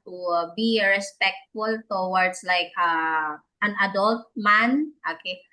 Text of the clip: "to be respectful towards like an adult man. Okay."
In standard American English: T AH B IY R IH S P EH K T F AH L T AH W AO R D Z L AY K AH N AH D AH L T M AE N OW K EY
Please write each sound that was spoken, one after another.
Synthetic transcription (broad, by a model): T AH B IY R IH S P EH K T F AH L T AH W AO R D S L AY K AH N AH D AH L T M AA N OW K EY